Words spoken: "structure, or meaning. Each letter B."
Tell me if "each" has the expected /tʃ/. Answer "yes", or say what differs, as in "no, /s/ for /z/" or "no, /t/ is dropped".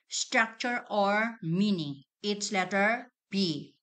no, /s/ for /tʃ/